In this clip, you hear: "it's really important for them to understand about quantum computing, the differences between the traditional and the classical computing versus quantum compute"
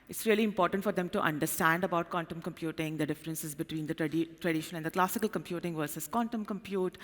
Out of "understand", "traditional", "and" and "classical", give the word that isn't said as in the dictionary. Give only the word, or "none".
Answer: traditional